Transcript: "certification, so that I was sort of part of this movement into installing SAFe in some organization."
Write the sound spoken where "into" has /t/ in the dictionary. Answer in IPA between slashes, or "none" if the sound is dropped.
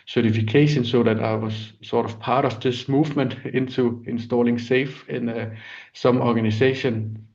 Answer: /s/